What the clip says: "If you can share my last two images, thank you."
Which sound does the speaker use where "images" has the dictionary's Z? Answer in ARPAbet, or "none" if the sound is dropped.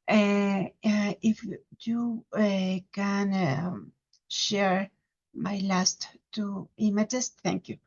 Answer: S